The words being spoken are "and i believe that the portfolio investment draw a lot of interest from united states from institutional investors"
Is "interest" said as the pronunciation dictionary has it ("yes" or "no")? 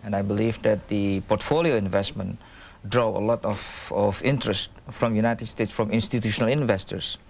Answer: yes